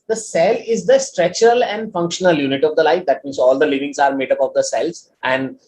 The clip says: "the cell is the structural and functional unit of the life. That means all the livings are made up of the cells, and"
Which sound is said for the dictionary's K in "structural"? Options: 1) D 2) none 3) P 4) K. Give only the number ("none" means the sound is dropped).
2